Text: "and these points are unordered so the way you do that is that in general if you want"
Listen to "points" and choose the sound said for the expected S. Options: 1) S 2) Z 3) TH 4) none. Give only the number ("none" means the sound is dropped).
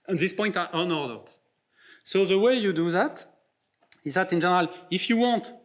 4